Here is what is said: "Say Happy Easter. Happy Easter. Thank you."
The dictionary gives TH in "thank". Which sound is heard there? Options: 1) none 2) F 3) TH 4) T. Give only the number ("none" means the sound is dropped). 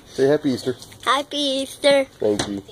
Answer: 4